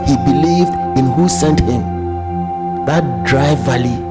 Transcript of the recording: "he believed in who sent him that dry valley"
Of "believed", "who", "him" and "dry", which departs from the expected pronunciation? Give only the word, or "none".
none